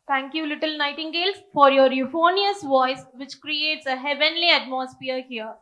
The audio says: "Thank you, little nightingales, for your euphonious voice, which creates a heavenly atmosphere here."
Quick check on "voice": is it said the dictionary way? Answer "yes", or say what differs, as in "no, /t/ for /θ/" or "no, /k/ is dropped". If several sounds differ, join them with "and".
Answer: yes